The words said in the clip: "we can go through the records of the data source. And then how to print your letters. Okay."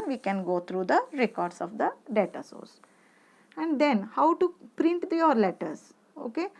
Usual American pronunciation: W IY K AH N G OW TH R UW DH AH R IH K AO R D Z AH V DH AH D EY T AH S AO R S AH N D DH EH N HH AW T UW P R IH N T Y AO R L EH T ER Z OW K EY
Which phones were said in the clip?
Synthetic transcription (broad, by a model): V IY K AH N G OW T R UW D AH R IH K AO R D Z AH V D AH D EY T AH S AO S AH N D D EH N HH AW T UW P R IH N T Y AO R L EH T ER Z OW K EY